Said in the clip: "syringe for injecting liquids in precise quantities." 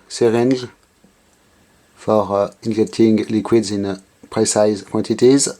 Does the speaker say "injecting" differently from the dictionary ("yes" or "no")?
yes